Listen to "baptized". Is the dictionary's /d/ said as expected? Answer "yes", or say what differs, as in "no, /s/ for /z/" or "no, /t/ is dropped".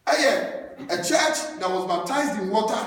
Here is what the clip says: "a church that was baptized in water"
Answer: yes